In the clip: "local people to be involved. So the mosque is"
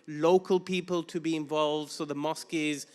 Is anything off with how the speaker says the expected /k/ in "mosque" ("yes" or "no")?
no